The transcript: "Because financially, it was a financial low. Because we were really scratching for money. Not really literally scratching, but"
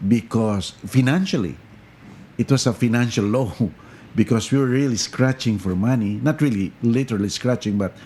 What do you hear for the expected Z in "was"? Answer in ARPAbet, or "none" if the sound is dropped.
S